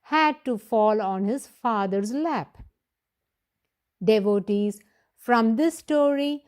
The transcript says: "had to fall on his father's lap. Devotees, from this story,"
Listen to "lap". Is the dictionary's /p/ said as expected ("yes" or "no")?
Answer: yes